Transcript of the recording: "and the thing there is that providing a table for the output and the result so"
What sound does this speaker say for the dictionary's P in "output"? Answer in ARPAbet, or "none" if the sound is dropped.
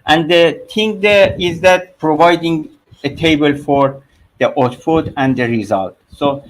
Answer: F